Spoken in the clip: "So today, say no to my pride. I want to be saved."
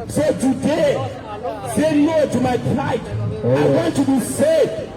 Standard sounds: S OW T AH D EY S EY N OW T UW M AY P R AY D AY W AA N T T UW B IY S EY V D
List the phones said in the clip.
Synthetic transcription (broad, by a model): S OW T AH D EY S EY L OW T UW M AY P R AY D AY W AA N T T UW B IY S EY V